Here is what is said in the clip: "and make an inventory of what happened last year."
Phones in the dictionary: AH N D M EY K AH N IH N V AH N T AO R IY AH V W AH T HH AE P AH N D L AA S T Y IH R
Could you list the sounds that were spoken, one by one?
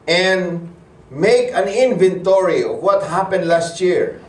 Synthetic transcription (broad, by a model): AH N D M EY K AH N IH N V AH N T AO R IY AH V W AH T HH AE P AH N D L AA S T Y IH R